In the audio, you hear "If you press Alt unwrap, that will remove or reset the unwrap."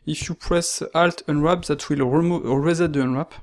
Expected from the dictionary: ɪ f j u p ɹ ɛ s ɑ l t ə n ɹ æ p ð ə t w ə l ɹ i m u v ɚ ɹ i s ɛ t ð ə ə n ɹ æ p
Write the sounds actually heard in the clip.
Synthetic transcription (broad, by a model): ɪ f j u p ɹ ɛ s ɑ l t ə n ɹ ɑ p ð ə t w ə l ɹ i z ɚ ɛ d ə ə n ɹ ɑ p